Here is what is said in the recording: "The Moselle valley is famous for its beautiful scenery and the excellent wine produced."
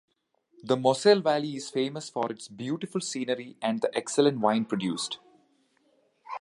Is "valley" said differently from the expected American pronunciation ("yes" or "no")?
no